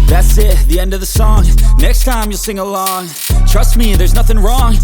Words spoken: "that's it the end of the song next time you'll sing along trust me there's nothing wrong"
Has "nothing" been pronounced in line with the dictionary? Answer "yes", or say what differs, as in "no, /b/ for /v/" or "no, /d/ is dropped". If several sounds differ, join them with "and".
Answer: yes